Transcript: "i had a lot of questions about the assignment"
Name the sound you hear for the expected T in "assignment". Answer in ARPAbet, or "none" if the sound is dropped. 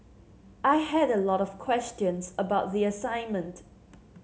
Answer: T